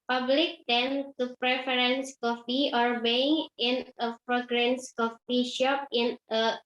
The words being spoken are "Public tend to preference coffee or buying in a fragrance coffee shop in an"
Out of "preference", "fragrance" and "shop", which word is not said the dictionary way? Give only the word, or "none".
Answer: fragrance